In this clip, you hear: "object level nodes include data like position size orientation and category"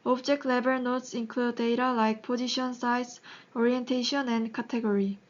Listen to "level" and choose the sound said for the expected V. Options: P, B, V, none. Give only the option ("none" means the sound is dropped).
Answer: B